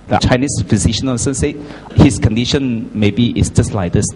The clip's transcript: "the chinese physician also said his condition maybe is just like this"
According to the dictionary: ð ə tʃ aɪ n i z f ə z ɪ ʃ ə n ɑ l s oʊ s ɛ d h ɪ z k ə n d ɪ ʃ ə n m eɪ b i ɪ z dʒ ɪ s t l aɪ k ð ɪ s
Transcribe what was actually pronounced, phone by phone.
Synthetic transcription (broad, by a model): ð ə tʃ aɪ n i s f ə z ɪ ʃ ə n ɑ n s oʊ s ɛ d h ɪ s k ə n d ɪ ʃ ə n m eɪ b i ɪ s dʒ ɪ s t l aɪ k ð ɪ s